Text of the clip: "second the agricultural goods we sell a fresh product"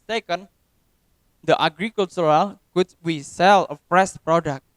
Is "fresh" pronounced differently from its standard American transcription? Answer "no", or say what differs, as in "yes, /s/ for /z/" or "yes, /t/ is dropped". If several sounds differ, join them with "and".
yes, /s/ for /ʃ/